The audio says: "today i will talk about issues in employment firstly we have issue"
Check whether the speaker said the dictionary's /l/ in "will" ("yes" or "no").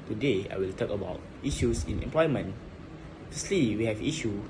yes